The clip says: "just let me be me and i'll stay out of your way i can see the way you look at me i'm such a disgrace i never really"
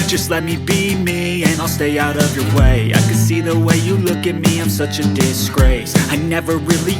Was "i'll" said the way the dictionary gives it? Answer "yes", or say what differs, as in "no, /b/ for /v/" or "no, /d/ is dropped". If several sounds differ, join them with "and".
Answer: yes